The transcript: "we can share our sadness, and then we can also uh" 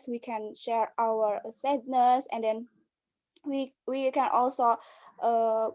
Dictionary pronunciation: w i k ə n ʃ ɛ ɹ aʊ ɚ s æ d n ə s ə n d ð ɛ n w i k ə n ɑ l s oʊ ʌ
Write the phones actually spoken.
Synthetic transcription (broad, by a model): w i k ə n ʃ ɛ ɹ aʊ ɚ s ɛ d n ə s ə n d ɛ n w i k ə n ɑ l s oʊ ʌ